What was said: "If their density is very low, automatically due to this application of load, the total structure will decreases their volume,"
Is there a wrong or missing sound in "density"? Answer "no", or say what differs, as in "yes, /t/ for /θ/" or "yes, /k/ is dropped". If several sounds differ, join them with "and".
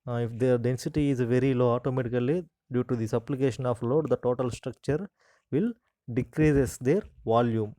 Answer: no